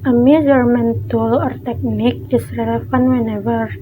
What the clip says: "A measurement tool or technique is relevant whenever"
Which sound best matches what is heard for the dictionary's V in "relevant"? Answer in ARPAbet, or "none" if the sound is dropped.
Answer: F